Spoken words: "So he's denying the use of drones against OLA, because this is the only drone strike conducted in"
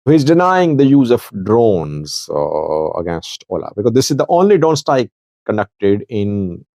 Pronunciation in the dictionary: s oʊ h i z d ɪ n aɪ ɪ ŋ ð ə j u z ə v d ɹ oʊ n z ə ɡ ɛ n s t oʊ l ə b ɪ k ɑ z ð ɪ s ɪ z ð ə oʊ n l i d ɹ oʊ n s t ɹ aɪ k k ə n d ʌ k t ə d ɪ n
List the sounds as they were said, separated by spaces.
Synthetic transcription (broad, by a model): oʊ h i z d ɪ n aɪ ɪ ŋ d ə j u z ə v d ɹ oʊ n z ə ɡ ɛ n s t oʊ l ə b ɪ k ɑ z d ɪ s ɪ z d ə oʊ n l i d ɹ oʊ n s t aɪ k k ə n d ʌ k t ə d ɪ n